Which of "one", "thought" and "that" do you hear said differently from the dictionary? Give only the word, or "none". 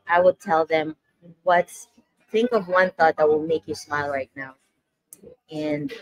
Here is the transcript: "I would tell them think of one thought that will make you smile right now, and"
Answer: none